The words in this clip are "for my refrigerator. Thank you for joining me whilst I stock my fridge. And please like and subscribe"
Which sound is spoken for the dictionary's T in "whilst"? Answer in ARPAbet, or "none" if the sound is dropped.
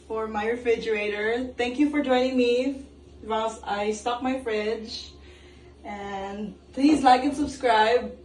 none